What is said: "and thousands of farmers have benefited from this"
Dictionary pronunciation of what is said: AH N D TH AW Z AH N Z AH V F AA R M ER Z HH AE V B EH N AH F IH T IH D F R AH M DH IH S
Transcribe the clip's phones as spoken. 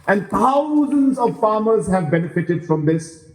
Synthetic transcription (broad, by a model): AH N D T AW Z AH N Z AH V F AA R M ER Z HH AE V B EH N AH F IH T IH D F R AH M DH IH S